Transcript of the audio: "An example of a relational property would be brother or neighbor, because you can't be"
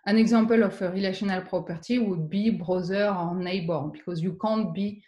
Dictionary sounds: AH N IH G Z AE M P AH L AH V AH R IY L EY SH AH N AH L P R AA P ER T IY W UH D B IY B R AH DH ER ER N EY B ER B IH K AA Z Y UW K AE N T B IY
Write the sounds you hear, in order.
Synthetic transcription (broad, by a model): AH N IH G Z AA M P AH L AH F AH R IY L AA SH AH N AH L P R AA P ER T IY W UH D B IY B R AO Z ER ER N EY B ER B IH K AA Z Y UW K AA N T B IY